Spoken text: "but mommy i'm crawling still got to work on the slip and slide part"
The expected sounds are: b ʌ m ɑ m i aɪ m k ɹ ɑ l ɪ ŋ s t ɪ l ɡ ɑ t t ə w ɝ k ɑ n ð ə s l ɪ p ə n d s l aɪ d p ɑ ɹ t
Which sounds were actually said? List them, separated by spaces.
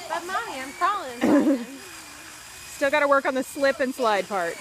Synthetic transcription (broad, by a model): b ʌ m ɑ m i aɪ m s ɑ l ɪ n s t ɪ l ɡ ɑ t t ə w ɝ k n ð ə s l ɪ p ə n s l aɪ d p ɑ ɹ t